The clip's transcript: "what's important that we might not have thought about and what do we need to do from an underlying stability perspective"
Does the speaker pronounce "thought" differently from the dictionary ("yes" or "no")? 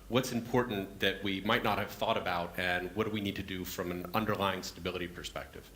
no